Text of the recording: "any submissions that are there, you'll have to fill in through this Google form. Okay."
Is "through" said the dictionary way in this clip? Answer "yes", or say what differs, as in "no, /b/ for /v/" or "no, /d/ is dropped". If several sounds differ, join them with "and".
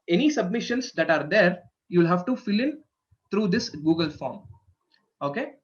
no, /t/ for /θ/